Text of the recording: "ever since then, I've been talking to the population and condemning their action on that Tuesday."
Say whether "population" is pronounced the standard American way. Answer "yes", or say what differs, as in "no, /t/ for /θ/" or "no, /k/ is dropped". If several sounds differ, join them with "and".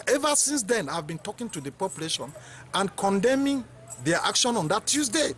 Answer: yes